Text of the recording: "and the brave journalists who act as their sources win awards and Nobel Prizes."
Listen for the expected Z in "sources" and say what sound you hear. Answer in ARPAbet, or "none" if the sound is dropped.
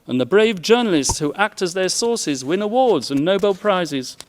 Z